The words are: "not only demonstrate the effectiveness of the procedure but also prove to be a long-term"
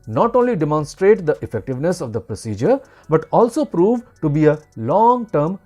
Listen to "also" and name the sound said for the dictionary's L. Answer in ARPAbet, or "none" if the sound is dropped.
L